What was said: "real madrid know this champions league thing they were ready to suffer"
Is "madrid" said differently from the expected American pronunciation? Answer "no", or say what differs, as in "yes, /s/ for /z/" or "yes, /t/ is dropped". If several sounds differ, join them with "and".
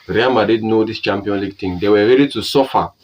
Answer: yes, /ɹ/ is dropped